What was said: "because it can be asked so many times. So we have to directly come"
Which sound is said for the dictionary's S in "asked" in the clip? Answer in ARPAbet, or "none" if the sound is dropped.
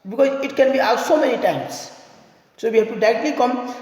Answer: none